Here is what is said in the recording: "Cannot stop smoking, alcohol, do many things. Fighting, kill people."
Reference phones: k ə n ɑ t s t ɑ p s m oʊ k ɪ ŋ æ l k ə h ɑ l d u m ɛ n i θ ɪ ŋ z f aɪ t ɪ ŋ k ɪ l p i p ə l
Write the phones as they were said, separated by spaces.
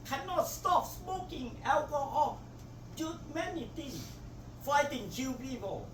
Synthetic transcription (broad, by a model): k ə n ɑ t s t ɑ p s m oʊ k ɪ ŋ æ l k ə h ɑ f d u m ɛ n i t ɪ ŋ s f aɪ t ɪ ŋ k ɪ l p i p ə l